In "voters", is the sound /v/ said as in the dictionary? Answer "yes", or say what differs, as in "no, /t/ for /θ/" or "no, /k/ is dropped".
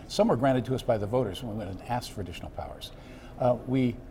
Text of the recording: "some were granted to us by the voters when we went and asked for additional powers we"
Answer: yes